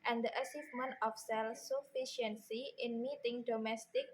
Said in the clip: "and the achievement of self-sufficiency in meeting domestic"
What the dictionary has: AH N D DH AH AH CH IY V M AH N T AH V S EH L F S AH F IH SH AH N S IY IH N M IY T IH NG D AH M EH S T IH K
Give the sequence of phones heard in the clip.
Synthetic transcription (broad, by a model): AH N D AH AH S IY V M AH N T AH F S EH L S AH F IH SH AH N S IY IH N M IY T IH NG D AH M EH S T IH K